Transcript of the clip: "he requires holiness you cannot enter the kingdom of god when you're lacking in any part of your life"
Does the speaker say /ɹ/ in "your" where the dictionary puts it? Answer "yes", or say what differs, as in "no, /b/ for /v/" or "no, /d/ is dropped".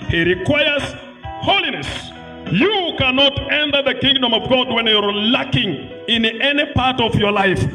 yes